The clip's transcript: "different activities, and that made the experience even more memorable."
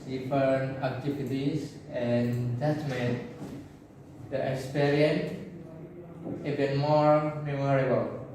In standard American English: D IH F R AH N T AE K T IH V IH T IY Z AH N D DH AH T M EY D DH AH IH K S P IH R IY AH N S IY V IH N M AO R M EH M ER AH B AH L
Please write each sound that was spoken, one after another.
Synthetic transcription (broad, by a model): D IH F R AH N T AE K T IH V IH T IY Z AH N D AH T M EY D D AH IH K S P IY R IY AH N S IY B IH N M AO R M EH M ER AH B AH L